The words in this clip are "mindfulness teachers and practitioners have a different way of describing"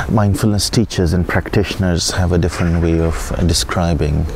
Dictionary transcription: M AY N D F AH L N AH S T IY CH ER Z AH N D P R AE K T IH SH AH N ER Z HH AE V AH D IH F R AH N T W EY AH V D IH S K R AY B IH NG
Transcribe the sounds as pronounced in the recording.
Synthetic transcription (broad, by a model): M AY N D F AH L N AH S T IY CH ER Z AH N D P R AE K T IH SH AH N ER Z HH AE V AH D IH F R AH N T W EY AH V D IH S K R AY B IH NG